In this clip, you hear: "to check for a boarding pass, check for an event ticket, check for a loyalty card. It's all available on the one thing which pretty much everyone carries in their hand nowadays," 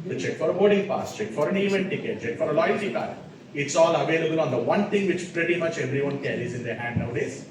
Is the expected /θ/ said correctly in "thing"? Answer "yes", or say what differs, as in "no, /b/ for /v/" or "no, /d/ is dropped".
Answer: no, /t/ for /θ/